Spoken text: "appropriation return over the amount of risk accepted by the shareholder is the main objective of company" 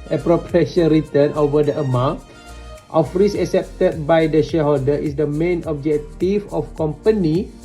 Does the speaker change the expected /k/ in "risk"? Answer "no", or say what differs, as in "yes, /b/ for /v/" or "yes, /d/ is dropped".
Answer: yes, /k/ is dropped